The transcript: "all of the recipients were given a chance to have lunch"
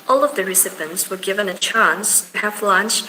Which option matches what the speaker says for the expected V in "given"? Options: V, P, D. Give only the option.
V